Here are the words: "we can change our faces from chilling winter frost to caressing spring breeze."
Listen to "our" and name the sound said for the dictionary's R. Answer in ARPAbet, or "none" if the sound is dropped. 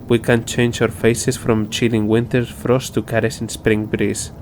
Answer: W